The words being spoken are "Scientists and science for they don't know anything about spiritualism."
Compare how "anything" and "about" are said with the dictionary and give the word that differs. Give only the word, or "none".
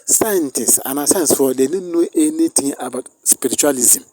anything